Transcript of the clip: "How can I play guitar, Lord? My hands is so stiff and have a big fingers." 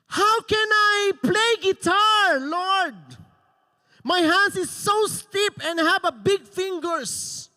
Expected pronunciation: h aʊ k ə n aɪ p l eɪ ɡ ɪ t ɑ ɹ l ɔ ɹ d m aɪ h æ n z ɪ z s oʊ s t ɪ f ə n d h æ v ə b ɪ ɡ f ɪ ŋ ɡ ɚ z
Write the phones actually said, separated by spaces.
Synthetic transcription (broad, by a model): h aʊ k ə n aɪ p l eɪ ɡ ɪ t ɑ ɹ l ɔ ɹ d m aɪ h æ n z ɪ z s oʊ s t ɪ p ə n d h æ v ə b ɪ ɡ f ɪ ŋ ɡ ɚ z